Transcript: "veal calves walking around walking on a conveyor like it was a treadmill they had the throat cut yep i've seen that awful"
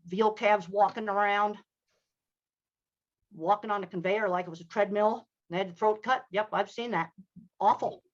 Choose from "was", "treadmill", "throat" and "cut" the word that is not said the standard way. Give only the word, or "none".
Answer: none